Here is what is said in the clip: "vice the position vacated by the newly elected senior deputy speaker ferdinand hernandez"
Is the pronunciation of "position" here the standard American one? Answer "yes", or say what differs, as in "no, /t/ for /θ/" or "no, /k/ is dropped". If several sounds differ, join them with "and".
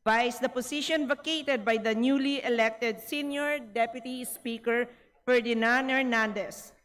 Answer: no, /s/ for /z/